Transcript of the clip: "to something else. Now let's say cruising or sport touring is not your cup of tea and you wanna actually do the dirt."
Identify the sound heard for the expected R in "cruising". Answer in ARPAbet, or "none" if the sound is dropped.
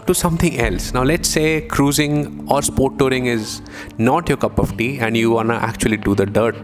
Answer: R